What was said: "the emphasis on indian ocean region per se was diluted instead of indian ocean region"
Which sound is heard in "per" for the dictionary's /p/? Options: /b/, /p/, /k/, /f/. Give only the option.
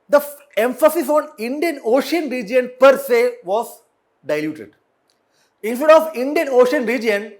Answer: /p/